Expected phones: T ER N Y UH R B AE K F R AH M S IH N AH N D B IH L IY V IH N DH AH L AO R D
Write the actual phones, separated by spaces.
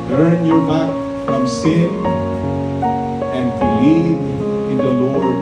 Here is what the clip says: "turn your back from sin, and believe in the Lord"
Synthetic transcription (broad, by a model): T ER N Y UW B AE K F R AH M S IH AH N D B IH L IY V IH N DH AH L AO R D